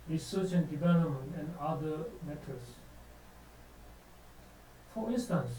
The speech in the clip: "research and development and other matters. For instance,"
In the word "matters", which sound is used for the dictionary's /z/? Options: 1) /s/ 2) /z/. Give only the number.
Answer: 1